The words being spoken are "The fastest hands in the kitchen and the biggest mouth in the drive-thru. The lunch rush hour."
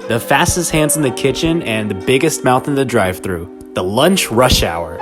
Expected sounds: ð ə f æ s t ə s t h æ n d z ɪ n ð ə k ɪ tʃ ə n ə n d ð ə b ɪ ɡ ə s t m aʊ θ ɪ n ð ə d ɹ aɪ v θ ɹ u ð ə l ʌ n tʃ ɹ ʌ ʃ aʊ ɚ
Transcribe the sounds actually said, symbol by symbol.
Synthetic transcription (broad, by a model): ð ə f æ s t ə s t h æ n d z n ð ə k ɪ tʃ ə n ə n ð ə b ɪ ɡ ə s t m aʊ θ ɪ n ð ə d ɹ aɪ v θ ɹ u ð ə l ʌ n tʃ ɹ ʌ ʃ aʊ ɚ